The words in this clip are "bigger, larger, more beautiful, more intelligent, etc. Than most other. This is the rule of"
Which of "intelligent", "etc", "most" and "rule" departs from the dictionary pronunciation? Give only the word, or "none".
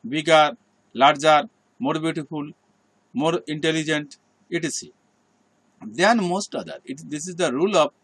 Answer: etc